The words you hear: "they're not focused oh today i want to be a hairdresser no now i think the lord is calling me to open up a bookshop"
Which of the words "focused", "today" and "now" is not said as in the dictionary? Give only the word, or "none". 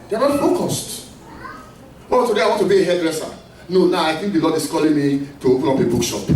none